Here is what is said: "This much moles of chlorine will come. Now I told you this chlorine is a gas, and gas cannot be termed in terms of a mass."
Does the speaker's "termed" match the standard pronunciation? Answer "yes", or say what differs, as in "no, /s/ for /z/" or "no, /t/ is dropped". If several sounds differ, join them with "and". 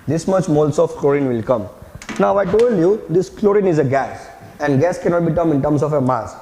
no, /d/ is dropped